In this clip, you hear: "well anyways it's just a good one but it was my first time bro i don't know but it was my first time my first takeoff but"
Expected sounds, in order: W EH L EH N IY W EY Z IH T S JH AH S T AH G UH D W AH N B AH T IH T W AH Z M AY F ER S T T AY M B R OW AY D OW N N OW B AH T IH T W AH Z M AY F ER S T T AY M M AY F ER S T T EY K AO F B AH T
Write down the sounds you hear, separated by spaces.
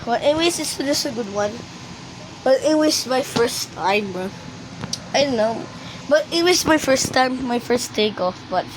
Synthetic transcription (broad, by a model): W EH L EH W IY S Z IH T S JH AH S T AH G UH D W AH N B AH T IH T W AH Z M AY F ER S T T AY M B OW AY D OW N N OW B AH T IH T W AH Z M AY F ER S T T AY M M AY F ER S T T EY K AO F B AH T